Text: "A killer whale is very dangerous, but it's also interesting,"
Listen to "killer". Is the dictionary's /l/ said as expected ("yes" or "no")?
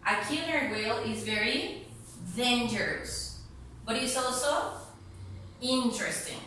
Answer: no